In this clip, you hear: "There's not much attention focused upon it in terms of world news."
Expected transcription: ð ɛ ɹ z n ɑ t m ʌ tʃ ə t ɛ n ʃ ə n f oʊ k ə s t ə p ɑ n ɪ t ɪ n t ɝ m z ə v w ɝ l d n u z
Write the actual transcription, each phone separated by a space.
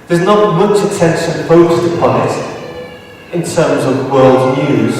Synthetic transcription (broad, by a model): ð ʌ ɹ z n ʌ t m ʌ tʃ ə t ɛ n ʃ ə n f oʊ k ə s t ə p ɑ n ɪ t ɪ n t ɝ m z ə v w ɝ l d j u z